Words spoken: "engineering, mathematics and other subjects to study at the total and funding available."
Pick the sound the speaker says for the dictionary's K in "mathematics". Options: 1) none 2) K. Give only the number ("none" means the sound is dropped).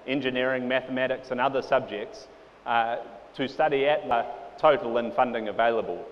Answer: 2